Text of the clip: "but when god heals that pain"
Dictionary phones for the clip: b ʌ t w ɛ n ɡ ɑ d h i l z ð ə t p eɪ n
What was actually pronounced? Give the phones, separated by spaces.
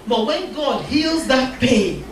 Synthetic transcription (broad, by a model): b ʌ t w ɛ n ɡ ɑ d h i l z ð ə t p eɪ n